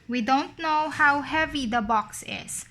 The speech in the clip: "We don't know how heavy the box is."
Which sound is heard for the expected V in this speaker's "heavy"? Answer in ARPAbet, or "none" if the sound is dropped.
V